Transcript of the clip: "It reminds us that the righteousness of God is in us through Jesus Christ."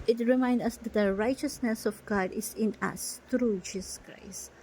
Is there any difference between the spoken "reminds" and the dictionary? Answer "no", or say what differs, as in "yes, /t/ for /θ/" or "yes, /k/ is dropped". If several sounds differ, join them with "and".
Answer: yes, /z/ is dropped